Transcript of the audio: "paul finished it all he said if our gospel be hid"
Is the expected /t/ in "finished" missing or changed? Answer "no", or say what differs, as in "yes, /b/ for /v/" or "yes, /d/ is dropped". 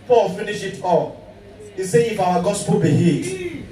yes, /t/ is dropped